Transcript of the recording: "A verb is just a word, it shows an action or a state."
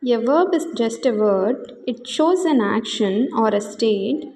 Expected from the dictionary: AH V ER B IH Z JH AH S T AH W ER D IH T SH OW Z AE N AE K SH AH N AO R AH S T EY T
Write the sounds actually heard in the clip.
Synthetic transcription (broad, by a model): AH V ER B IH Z JH AH S T AH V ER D IH T SH OW Z AE N AE K SH AH N AO R AH S T EY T